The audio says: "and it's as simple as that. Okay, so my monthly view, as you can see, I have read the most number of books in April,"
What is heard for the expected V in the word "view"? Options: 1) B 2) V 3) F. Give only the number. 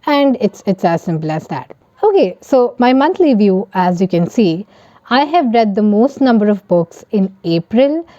2